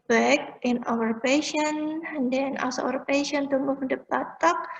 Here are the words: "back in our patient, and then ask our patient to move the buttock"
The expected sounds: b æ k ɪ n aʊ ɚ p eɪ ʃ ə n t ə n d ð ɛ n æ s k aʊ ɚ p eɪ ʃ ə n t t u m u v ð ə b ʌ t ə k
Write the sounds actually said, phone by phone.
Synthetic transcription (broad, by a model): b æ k ɪ n aʊ ɚ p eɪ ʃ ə n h ə n d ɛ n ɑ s aʊ ɚ p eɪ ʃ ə n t t u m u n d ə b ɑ t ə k